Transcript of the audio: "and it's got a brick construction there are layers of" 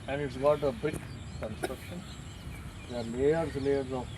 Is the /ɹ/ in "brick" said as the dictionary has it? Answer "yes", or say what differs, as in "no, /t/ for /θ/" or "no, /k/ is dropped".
no, /ɹ/ is dropped